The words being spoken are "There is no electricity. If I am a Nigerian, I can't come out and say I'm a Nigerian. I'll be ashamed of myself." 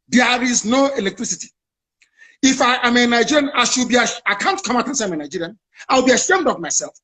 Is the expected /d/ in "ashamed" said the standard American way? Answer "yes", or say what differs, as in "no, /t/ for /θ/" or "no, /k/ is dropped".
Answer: yes